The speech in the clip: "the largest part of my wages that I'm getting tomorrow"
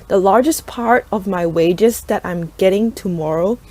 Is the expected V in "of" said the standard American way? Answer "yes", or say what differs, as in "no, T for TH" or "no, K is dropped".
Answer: yes